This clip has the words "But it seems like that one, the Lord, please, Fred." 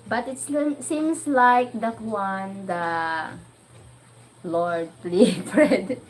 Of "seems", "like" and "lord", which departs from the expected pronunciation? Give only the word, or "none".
seems